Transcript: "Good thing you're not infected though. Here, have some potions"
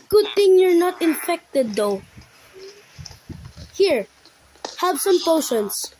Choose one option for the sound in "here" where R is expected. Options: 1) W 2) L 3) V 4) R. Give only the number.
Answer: 4